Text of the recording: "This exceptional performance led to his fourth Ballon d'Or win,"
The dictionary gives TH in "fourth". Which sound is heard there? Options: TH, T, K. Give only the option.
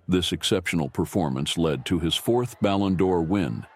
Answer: TH